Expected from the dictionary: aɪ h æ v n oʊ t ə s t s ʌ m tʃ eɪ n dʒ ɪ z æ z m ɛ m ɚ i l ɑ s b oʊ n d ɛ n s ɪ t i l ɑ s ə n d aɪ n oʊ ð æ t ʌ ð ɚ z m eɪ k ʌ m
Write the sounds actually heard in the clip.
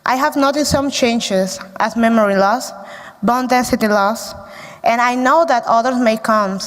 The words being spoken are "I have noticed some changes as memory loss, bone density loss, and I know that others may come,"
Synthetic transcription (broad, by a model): aɪ h æ v n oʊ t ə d s ʌ m tʃ eɪ n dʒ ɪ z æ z m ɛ m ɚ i l ɑ s b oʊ n d ɛ n s ɪ t i l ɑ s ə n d aɪ n oʊ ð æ t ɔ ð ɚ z m eɪ k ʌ m